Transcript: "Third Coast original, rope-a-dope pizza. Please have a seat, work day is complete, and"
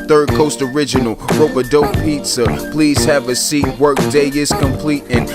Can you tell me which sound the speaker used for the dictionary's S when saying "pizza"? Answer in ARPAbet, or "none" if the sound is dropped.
S